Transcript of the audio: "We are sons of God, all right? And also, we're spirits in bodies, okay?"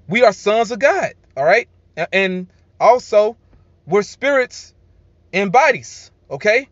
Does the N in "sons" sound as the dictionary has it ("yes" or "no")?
yes